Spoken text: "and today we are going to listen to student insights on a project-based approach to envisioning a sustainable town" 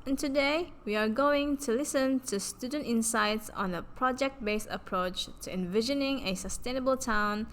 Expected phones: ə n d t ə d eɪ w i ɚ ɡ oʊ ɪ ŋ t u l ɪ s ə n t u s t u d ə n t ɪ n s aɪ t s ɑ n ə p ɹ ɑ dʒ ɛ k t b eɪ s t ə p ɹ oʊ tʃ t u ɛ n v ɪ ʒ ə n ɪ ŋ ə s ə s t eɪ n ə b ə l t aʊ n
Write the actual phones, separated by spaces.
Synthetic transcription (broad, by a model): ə n t ə d eɪ w i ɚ ɡ oʊ ɪ ŋ t u l ɪ s ə n t u s t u d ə n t ɪ n s aɪ t s ɑ n ə p ɹ ɑ dʒ ɛ k t b eɪ s ə p ɹ oʊ tʃ t u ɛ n v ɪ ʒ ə n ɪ ŋ ə s ə s t eɪ n ə b ə l t aʊ n